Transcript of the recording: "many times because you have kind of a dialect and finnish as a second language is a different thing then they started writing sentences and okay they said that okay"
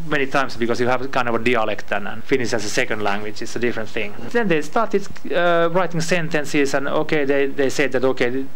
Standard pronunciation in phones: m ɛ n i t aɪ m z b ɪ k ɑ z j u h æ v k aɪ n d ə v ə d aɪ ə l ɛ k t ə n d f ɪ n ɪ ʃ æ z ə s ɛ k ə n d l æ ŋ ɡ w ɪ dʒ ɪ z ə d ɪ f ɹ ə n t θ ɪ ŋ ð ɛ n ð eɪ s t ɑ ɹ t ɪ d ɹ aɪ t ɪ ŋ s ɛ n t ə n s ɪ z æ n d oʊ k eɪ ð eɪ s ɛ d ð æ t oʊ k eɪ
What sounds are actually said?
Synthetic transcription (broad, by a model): m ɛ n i t aɪ m s b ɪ k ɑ s j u h æ v k aɪ n d ə v ə d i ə l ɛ k t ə n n f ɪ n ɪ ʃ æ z ə s ɛ k ə n d l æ ŋ ɡ w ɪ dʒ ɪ s ə d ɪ f ɹ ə n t θ ɪ ŋ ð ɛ n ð eɪ s t ɑ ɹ t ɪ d ɹ aɪ t ɪ ŋ s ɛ n t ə n s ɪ s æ n oʊ k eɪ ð eɪ s ɛ d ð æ t oʊ k eɪ